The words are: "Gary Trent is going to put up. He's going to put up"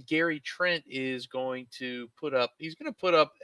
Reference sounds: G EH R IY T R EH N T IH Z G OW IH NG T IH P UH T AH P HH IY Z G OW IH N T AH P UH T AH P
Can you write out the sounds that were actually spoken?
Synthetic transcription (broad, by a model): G EH R IY T R EH N T IH Z G OW IH NG T IH P UH T AH P HH IY Z G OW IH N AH P UH T AH P